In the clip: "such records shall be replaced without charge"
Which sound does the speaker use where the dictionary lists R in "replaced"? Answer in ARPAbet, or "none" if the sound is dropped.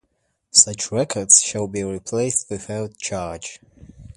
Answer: R